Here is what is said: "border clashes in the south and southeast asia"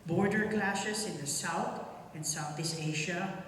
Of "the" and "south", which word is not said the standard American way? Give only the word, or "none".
none